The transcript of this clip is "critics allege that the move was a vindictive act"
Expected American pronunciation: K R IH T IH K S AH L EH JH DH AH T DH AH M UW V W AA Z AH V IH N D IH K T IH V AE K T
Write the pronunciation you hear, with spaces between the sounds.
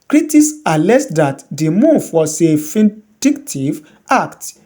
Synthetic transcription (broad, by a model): K R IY T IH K S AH L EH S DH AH T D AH M UW V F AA S AH F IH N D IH K T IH V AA K T